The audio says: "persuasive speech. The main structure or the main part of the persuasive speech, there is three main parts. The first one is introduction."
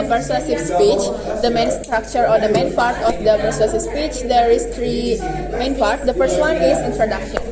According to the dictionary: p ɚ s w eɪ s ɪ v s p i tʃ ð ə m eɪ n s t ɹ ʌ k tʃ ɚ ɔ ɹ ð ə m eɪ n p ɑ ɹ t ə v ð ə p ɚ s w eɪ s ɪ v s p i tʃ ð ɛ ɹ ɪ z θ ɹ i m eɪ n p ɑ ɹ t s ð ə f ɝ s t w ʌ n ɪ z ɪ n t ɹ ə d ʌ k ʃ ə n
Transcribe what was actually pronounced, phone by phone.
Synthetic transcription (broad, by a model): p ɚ s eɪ s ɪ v s p i tʃ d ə m eɪ n s t ɹ ʌ k tʃ ɚ ɔ ɹ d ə m eɪ n p ɑ ɹ t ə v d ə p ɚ s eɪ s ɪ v s p i tʃ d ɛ ɹ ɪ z t ɹ i m eɪ n p ɑ ɹ t s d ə f ɝ s t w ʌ n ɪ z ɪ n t ɹ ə d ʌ k ʃ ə n